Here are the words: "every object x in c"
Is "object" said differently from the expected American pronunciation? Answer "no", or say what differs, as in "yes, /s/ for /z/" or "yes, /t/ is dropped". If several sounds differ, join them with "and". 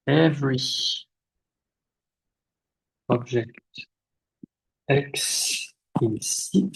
yes, /ʒ/ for /dʒ/